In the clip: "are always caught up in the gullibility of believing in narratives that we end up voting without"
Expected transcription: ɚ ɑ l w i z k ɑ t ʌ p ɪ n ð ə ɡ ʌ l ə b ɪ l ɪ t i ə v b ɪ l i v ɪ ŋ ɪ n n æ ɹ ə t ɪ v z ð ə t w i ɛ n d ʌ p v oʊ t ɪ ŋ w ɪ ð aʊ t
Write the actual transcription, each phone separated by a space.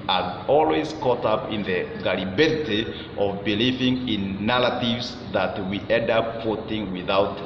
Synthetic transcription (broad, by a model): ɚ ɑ l w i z k ɑ t ʌ p ɪ n ð ə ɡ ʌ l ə b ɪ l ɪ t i ə v b ɪ l i v ɪ ŋ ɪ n n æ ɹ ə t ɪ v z ð ə t w i ɛ n d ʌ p f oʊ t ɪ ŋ w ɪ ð aʊ t